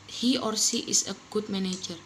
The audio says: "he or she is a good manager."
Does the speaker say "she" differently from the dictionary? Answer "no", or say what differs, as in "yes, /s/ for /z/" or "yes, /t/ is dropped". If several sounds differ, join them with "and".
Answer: yes, /s/ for /ʃ/